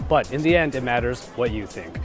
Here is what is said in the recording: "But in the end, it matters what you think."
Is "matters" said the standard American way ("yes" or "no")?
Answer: yes